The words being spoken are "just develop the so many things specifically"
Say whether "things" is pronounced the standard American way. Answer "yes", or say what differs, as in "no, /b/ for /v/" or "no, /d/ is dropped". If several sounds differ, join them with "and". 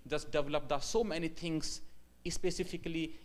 no, /t/ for /θ/